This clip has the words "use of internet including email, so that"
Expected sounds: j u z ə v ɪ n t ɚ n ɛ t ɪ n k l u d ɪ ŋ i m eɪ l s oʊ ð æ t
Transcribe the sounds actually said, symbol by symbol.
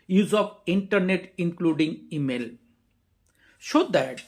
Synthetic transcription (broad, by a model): j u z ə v ɪ n t ɚ n ɛ t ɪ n k l u d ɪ ŋ i m eɪ l ʃ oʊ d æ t